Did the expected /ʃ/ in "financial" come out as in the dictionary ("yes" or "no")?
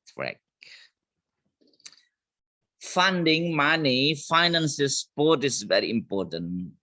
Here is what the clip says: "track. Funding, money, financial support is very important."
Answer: no